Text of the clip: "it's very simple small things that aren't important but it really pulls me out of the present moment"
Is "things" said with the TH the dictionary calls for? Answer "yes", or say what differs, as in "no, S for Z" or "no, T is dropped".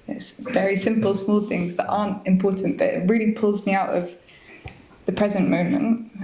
yes